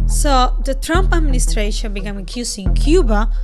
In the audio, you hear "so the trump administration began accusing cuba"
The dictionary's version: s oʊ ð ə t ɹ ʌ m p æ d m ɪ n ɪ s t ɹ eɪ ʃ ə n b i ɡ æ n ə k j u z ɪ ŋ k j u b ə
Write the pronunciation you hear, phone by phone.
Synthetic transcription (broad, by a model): s oʊ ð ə t ɹ ʌ m p æ d m ɪ n ɪ s t ɹ eɪ ʃ ə n b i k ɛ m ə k j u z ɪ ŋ k j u b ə